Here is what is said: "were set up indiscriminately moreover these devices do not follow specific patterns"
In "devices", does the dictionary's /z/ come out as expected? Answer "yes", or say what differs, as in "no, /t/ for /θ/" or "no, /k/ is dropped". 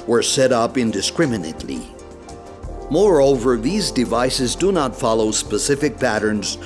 yes